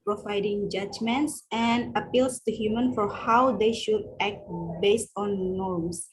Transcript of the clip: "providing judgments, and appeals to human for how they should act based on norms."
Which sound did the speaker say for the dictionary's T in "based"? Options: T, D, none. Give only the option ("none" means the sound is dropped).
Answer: T